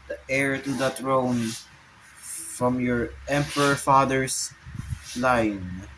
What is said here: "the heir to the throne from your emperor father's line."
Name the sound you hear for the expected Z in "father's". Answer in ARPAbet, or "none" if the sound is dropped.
S